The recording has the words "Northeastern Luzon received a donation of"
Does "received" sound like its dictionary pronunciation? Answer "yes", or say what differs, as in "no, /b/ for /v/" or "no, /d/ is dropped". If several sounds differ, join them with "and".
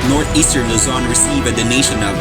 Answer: no, /d/ is dropped